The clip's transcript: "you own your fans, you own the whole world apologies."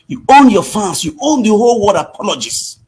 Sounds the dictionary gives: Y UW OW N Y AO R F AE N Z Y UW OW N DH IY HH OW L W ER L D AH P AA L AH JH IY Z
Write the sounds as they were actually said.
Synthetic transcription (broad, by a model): Y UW OW N Y AO F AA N S Y UW OW N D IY HH OW L W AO D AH P AA L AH JH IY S